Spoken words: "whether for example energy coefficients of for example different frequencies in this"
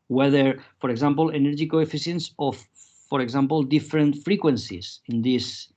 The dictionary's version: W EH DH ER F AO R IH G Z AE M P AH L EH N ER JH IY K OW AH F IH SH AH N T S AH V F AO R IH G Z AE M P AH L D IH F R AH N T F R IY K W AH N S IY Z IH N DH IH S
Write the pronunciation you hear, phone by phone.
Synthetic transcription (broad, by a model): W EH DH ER F AO R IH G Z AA M P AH L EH N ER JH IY K OW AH F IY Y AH N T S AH F AO R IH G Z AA M P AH L D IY F R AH N T F R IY K W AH N S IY S IH N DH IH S